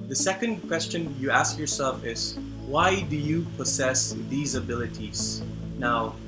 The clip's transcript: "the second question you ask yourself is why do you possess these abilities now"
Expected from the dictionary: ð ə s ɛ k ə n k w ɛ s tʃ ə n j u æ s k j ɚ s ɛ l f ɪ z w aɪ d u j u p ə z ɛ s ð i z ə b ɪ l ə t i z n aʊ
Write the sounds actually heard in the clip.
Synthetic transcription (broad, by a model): ð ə s ɛ k ə n k w ɛ s tʃ ə n j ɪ æ s k j ɚ s ɛ l f ɪ z w aɪ d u j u p ə z ɛ s ð i z ə b ɪ l ə t i z n aʊ